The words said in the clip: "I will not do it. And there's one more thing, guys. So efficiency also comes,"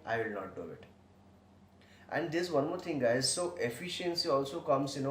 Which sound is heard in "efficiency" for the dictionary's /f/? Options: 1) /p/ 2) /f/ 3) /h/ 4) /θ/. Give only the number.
2